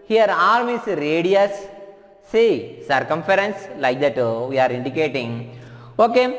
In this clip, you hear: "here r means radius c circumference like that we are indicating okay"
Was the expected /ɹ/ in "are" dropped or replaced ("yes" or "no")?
no